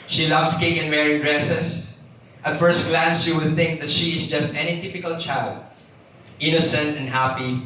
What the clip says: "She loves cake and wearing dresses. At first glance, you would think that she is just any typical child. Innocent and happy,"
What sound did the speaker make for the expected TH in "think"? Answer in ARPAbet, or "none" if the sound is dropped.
TH